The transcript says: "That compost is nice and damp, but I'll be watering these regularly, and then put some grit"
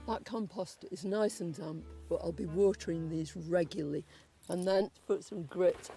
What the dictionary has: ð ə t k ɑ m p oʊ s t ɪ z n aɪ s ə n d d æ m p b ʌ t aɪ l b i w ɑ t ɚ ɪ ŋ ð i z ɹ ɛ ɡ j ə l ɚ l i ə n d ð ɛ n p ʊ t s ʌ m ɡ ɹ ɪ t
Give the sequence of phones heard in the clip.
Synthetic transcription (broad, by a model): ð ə t k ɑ m p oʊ s t ɪ z n aɪ s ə n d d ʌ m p b ʌ t aɪ l b i w ɑ t ɚ ɪ ŋ ð i z ɹ ɛ ɡ j l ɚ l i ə n ð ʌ n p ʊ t s ʌ m ɡ ɹ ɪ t